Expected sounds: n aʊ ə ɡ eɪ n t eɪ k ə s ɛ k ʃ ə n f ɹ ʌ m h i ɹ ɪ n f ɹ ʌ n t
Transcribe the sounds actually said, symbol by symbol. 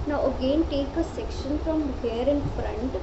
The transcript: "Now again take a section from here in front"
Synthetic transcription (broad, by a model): n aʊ ə ɡ eɪ n t eɪ k ə s ɛ k ʃ ə n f ɹ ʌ m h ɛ ɹ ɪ n f ɹ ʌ n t